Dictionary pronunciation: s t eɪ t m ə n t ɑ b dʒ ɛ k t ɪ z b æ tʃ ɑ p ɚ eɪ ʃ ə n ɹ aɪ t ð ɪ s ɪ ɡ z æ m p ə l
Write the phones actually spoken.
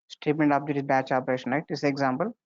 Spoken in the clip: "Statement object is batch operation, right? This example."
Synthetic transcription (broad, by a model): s t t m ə n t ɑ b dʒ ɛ t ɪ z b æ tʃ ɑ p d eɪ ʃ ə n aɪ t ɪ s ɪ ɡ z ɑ m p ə l